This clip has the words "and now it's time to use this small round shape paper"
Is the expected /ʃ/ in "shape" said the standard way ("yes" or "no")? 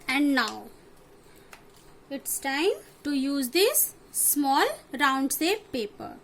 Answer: no